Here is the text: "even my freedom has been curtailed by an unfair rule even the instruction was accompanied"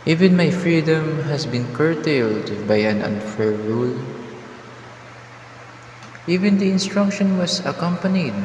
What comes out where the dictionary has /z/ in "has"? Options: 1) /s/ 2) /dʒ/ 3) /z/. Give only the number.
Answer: 1